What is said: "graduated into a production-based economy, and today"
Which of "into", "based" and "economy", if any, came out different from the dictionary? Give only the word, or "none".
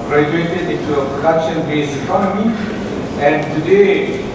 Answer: based